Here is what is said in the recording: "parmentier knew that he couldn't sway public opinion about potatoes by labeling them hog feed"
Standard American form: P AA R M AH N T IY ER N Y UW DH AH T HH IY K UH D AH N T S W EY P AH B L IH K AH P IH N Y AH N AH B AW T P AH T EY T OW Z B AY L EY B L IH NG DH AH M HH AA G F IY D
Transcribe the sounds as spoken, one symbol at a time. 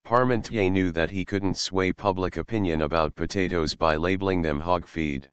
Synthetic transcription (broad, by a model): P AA R M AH N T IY N Y UW DH AH T HH IY K UH D N T S W EY P AH B L IH K AH P IH N Y AH N AH B AW T P AH T EY T OW Z B AY L EY B L IH NG DH AH M HH AA G F IY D